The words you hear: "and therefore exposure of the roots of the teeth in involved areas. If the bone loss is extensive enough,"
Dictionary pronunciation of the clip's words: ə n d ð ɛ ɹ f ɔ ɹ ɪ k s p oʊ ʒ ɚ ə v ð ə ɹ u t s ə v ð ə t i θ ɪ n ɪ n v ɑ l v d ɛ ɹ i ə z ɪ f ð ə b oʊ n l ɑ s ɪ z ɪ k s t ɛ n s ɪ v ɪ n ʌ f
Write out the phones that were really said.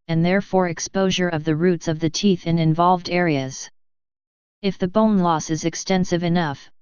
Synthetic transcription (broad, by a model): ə n ð ɛ ɹ f ɔ ɹ ɪ k s p oʊ ʒ ɚ ə v ð ə ɹ u t s ə v ð ə t i θ ɪ n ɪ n v ɑ l v d ɛ ɹ i ə z ɪ f ð ə b oʊ n l ɑ s ɪ z ɪ k s t ɛ n s ɪ v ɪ n ʌ f